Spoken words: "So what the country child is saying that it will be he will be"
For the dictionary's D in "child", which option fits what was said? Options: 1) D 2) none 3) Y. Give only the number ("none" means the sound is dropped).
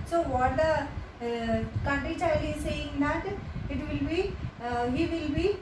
2